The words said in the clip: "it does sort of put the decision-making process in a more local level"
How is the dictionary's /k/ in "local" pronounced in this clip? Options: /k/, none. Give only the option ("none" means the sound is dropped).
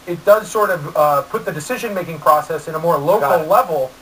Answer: none